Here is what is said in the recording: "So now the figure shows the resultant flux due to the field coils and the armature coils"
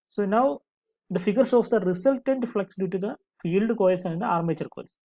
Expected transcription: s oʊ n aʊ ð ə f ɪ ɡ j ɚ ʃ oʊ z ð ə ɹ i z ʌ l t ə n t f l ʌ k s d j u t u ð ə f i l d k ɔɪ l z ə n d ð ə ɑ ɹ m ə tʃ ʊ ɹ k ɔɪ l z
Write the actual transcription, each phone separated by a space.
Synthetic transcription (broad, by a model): s oʊ n aʊ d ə f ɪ ɡ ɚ s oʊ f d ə ɹ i s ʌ l t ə n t f l ʌ k s d j u t u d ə f i l d k ɔɪ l s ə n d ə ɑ ɹ m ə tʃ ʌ ɹ k ɔɪ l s